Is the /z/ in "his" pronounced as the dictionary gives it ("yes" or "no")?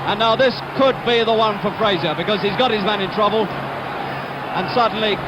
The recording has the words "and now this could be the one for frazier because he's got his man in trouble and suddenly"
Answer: yes